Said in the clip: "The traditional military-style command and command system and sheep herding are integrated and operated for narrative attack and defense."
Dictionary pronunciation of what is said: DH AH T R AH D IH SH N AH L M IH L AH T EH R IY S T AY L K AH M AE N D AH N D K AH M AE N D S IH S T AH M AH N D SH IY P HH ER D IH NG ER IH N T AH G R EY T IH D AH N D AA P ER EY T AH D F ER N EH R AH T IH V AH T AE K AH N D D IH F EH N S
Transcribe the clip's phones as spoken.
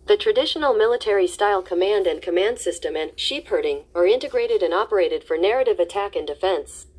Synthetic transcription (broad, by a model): DH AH T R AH D IH SH N L M IH L AH T EH R IY S T AY L K AH M AE N D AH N K AH M AE N D S IH S T AH M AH N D SH IY P HH ER D IH NG ER IH N T AH G R EY T IH D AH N AA P ER EY T AH D F ER N EH R AH T IH V AH T AE K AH N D D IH F EH N S